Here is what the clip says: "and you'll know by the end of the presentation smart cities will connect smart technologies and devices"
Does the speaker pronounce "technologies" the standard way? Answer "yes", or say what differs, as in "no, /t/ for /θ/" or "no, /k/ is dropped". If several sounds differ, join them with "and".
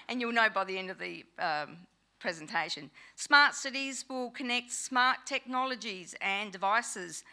yes